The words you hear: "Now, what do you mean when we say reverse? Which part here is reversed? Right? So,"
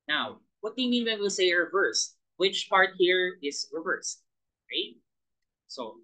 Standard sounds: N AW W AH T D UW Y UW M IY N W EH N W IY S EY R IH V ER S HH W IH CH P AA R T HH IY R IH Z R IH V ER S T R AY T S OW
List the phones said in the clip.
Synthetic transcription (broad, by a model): N AW W AH T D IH Y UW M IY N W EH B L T S EY R IH V ER S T W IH CH P AA R T HH IY R IH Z R IH V ER S T R AY T S OW